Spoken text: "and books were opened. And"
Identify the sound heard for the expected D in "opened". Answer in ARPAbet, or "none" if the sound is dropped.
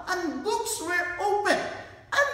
none